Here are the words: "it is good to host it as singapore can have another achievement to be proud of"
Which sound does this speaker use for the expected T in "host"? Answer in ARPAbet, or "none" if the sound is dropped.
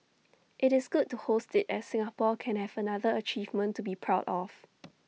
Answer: T